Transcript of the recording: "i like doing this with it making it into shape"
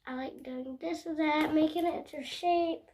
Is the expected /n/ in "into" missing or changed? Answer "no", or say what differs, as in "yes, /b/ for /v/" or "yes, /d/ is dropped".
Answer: yes, /n/ is dropped